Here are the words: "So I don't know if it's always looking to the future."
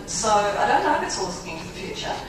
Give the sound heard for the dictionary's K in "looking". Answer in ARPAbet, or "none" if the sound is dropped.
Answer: none